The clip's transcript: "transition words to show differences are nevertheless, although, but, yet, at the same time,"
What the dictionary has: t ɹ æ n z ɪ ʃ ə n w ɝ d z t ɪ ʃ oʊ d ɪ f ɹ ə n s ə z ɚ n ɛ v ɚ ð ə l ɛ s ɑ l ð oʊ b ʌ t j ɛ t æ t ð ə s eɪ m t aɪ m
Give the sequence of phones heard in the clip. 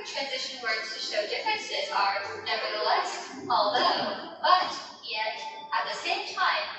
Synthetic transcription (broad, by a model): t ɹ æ n z ɪ ʃ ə n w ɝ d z t ɪ ʃ oʊ d ɪ f ɹ ə n s ə z ɚ n ɛ v ɚ ð ə l ɛ s ɑ l ð oʊ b ʌ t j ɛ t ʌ t ð ə s eɪ m t aɪ m